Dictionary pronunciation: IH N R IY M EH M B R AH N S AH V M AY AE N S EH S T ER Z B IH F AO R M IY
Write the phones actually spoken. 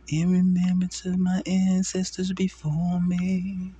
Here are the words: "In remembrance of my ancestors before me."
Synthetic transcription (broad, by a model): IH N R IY M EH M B AH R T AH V M AY AE N S EH S T ER Z B IH F AO R M IY